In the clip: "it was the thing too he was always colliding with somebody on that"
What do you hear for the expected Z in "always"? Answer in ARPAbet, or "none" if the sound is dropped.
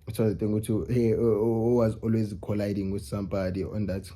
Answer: Z